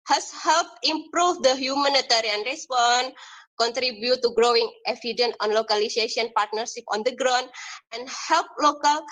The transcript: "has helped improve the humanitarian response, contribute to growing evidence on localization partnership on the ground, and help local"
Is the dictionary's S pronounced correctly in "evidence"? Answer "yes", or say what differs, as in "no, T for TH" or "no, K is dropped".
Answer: no, S is dropped